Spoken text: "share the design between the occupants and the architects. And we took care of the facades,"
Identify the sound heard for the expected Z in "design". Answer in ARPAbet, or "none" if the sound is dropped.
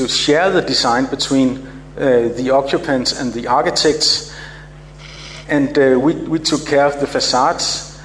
S